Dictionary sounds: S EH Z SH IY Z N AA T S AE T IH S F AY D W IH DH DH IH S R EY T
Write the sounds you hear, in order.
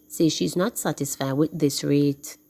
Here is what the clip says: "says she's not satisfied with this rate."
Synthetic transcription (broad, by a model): S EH SH IY Z N AA T S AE T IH S F AY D W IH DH DH IH S R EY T